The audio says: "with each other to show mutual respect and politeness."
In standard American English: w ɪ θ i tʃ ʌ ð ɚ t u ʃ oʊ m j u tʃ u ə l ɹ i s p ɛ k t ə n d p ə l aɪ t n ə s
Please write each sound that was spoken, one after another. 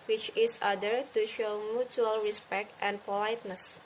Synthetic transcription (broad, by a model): w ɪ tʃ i s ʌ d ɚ t u ʃ oʊ m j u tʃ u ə l ɹ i s p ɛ k t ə n p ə l aɪ t n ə s